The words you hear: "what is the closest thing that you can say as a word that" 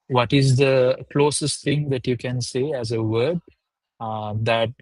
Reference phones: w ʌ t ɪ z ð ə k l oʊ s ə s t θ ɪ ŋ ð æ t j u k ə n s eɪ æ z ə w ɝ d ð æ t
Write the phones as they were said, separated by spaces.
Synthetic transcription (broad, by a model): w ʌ t ɪ z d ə k l oʊ s ə s t t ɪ ŋ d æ t j u k ə n s eɪ æ z ə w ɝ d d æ t